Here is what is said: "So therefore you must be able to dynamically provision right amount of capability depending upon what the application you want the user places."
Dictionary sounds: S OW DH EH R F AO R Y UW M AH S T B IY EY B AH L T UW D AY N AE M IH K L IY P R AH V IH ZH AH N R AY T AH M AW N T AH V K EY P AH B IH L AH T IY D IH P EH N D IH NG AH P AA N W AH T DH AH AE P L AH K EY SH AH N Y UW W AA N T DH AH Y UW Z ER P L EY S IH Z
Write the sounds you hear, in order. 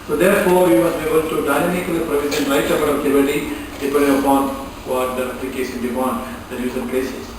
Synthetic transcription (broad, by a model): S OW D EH R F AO R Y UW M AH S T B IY EY B AH L T UW D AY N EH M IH K L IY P R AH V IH Z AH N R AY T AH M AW T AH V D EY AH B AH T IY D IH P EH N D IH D AH P AA N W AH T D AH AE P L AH K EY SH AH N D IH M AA N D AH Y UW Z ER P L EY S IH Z